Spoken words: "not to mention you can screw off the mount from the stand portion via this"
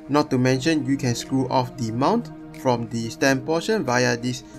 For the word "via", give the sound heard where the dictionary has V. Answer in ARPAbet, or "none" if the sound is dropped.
V